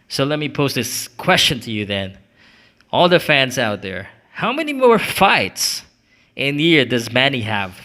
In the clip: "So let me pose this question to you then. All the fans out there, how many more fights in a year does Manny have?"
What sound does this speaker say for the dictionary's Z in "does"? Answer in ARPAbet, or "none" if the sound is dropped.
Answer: Z